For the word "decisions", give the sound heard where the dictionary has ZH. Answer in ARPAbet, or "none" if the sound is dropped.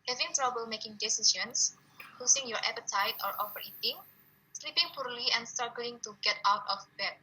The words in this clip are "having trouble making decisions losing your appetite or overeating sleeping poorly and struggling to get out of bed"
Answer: S